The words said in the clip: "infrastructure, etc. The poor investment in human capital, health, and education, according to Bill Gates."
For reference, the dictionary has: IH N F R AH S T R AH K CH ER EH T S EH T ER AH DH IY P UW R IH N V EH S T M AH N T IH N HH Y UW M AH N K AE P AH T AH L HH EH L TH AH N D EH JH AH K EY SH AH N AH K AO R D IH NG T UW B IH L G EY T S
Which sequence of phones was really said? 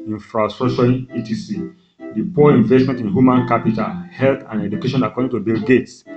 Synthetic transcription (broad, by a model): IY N F R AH S T R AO K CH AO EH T IY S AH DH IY P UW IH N V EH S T M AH N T IH N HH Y UW M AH N K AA P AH T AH L HH EH L T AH N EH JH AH K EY SH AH N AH K AO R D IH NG T UW B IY L G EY T S